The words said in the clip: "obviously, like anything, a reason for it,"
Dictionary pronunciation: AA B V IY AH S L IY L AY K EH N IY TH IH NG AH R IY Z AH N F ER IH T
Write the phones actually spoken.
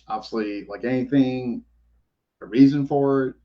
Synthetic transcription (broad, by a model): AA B V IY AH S L IY L AY K EH N IY TH IH NG AH R IY Z AH N F ER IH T